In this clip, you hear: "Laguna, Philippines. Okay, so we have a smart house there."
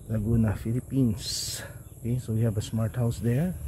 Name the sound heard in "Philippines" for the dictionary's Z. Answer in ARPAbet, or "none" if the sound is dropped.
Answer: S